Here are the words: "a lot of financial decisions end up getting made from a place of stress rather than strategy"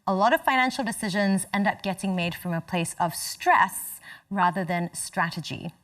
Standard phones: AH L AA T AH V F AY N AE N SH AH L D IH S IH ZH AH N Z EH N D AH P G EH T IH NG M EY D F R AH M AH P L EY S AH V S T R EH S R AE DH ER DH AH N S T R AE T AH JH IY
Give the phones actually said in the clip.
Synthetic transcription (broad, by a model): AH L AA T AH V F AY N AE N SH L D IH S IH ZH AH N Z EH N D AH P G EH T IH NG M EY D F R AH M AH P L EY S AH V S T R EH S R AE DH ER DH AH N S T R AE T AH JH IY